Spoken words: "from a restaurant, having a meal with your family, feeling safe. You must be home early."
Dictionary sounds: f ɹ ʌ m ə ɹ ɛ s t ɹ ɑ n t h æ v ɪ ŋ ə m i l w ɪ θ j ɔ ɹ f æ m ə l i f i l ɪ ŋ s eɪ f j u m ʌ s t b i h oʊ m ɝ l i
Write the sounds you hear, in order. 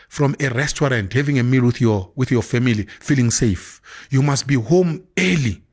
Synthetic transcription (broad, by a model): f ɹ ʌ m ə ɹ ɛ s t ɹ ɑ n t h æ v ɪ ŋ ə m i l w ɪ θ j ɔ w f æ m ə l i f i l ɪ ŋ s eɪ f j u m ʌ s t b i h oʊ m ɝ l i